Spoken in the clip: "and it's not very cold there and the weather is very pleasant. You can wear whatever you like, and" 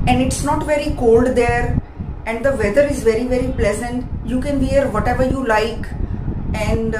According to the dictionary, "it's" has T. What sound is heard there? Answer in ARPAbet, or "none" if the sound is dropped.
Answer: T